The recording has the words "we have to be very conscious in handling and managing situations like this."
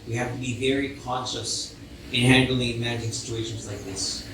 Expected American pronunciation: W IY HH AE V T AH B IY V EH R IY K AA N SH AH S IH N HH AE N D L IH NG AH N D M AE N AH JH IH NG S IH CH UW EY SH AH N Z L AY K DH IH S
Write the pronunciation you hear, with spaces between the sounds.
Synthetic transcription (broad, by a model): W IY HH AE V T AH B IY V EH R IY K AA N SH AH S IH N HH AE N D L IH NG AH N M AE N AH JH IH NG S IH CH UW EY SH AH N Z L AY K DH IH S